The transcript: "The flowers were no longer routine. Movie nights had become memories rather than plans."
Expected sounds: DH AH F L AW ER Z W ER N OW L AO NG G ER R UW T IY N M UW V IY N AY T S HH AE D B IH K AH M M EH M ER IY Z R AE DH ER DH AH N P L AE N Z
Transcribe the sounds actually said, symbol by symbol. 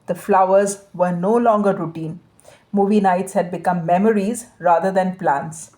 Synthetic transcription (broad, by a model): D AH F L AW ER Z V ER N OW L AO NG G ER R UW T IY N M UW V IY N AY T S HH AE D B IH K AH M M EH M ER IY Z R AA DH ER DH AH N P L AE N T